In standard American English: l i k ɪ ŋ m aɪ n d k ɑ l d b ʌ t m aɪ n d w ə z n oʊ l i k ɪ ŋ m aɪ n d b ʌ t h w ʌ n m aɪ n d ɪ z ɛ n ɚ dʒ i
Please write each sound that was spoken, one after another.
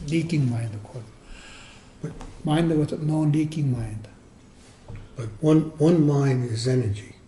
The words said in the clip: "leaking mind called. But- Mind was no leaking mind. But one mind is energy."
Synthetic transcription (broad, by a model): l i k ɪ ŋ m aɪ n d k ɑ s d b ʌ t m aɪ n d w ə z n oʊ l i k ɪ ŋ m aɪ n d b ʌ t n w ʌ n m aɪ n d ɪ z ɛ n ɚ dʒ i